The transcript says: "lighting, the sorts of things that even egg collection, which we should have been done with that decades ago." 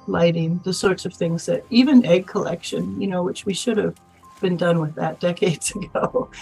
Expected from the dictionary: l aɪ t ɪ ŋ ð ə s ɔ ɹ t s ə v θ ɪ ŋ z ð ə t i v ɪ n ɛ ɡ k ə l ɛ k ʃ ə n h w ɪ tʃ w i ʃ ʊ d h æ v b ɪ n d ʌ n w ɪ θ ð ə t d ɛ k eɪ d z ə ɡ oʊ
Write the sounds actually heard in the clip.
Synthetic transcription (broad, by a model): l aɪ t ɪ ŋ ð ə s ɔ ɹ t s ə v θ ɪ ŋ z ð ə t i v ɪ n ɛ ɡ k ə l ɛ k ʃ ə n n w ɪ tʃ w i ʃ ʊ d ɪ v b ɪ n d ʌ n w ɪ ð ə t d ɛ k eɪ d z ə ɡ oʊ